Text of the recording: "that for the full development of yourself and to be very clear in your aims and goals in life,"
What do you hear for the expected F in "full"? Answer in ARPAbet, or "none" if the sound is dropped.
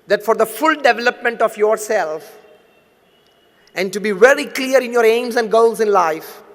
F